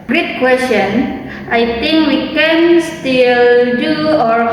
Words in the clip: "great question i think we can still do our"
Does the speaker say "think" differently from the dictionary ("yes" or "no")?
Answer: yes